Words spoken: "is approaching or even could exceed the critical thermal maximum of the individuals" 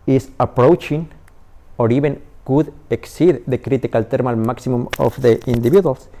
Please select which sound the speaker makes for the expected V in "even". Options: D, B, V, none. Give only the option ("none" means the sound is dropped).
B